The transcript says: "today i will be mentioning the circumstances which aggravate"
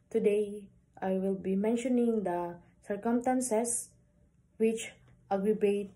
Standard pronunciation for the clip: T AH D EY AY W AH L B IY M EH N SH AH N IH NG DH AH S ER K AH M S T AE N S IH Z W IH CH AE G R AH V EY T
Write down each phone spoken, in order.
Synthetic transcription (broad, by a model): T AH D EY AY W AH L B IY M EH N SH AH N IH NG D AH S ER K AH M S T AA N S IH S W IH CH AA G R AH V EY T